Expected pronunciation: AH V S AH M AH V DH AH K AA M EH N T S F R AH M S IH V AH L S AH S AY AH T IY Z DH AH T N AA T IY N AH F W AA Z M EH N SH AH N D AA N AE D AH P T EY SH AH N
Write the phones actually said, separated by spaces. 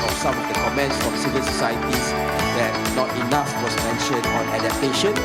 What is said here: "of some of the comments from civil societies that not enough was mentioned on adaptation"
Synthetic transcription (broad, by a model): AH S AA M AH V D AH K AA M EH N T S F R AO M S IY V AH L S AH S AY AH T IY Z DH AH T N AA T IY N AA F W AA S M EH N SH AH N AA N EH D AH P T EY SH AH N